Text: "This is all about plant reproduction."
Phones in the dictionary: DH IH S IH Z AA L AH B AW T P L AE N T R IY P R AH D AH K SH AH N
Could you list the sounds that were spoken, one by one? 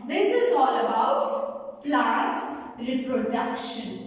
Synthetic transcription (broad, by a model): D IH S IH Z AA L AH B AW T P L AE T R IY P R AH D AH K SH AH N